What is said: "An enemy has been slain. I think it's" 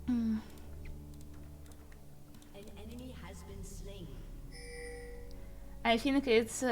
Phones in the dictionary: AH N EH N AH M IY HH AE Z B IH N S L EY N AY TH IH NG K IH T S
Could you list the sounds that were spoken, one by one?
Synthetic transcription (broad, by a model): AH N EH N AH M IY HH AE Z B IH N S L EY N AY F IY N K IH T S